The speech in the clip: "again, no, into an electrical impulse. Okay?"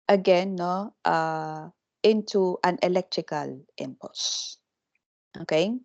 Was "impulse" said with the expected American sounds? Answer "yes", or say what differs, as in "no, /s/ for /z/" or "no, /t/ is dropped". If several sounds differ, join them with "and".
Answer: no, /l/ is dropped